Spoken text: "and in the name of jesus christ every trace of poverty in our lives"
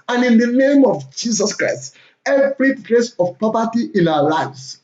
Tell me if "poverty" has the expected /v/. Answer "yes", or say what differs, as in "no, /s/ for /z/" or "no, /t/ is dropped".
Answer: no, /p/ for /v/